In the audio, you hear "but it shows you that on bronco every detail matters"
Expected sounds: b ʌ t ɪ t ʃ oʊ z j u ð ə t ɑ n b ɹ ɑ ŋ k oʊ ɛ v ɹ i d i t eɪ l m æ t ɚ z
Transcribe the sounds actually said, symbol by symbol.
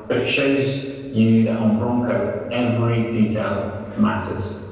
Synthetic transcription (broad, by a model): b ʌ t ɪ t ʃ oʊ z j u ð ə t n b ɹ ɑ ŋ k oʊ ɛ v ɹ i d i t eɪ l m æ t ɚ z